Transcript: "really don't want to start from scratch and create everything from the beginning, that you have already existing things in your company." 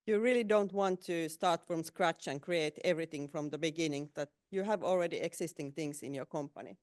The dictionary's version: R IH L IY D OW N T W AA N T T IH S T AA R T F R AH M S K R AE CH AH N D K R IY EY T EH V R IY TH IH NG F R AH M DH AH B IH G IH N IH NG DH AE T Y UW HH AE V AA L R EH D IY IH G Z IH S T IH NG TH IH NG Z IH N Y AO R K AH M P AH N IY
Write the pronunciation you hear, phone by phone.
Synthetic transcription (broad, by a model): R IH L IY D OW N T W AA N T T IH S T AA R T F R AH M S K R AE CH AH N K R IY EY T EH V R IY TH IH NG F R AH M DH AH B IH G IH N IH NG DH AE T Y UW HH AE V AA L R EH D IY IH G S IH S T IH NG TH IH NG S IH N Y AO R K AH M P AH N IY